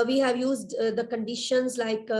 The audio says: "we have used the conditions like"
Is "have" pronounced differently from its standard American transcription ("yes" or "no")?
no